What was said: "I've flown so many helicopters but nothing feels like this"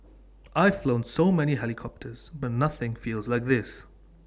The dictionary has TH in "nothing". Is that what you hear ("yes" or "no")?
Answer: yes